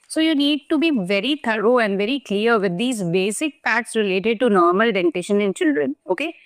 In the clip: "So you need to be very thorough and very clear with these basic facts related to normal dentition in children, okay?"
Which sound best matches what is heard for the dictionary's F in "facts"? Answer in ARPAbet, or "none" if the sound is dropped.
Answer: P